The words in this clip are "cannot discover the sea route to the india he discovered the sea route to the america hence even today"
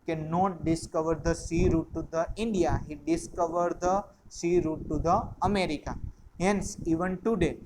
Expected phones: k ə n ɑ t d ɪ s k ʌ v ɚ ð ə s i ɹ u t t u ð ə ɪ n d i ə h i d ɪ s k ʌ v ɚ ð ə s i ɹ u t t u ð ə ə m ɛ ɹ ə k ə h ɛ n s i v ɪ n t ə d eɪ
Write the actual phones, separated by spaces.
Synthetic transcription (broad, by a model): k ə n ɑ t d ɪ s k ʌ v ɚ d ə s i ɹ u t t u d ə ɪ n d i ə h i d ɪ s k ʌ v ɚ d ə s i ɹ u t t u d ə ə m ɛ ɹ ə k ə h ɛ n s i v ɪ n t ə d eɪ